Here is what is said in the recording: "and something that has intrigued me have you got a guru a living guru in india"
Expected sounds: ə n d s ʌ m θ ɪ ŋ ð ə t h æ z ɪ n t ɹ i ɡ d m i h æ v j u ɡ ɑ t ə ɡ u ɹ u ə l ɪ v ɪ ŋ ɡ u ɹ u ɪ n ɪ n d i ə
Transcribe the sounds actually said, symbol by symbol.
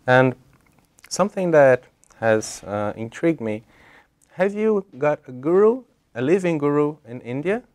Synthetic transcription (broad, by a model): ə n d s ʌ m θ ɪ ŋ ð ə t h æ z ɪ n t ɹ i ɡ d m i h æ v j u ɡ ɑ t ə ɡ u ɹ u ə l ɪ v ɪ ŋ ɡ u ɹ u ɪ n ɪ n d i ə